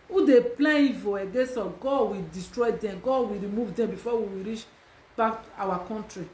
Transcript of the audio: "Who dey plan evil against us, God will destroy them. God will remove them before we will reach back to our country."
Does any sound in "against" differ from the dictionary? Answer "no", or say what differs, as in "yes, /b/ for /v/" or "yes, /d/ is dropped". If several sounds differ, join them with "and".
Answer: yes, /n/ is dropped and /t/ is dropped